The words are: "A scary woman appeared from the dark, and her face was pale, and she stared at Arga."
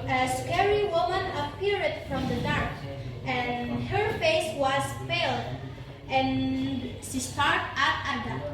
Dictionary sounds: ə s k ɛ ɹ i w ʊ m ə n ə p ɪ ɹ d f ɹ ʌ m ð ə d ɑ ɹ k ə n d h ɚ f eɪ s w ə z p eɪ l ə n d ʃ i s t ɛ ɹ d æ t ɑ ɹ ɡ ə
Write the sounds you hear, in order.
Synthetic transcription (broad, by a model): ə s k ɛ ɹ i w ʊ m ə n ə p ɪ ɹ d f ɹ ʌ m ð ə d ɑ ɹ k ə n h ɚ f eɪ s w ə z f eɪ l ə n ʃ i s t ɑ ɹ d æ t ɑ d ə